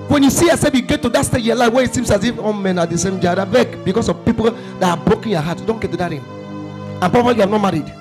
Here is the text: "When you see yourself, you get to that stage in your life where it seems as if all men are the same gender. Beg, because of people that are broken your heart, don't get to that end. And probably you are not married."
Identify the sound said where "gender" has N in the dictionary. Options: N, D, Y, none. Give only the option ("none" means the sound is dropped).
none